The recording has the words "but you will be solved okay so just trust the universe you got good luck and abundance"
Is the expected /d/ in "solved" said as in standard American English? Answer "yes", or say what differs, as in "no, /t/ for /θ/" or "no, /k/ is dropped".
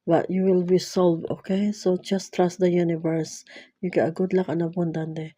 no, /d/ is dropped